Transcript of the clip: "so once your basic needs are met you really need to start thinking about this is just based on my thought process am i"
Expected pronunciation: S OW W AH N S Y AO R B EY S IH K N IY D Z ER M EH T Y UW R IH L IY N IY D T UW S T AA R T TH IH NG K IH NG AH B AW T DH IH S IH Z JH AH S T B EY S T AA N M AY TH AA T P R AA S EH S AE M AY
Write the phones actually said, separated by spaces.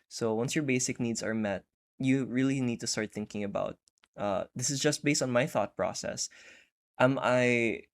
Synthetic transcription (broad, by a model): S OW W AH N S Y AO R B EY S IH K N IY D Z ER M EH T Y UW R IH L IY N IY D T UW S T AA R T TH IH NG K IH NG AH B AW T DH IH S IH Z JH AH S T B EY S T AA N M AY TH AA T P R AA S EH S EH M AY